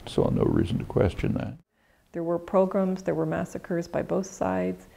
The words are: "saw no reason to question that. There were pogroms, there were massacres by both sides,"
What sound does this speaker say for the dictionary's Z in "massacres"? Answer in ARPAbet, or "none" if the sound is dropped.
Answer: Z